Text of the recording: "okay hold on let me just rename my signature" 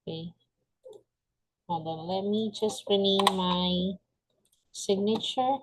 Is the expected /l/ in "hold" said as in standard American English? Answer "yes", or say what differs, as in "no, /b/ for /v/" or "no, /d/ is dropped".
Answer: no, /l/ is dropped